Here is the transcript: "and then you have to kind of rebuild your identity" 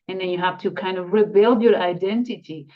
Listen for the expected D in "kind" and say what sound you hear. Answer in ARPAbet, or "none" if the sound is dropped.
D